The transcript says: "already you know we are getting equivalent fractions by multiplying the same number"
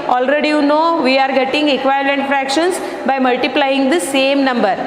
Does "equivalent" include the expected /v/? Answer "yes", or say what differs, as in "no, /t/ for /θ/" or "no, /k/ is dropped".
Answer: no, /v/ is dropped